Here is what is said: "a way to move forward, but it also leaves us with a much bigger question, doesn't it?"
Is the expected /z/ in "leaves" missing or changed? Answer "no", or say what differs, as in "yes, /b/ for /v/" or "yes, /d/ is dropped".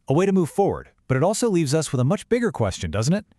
no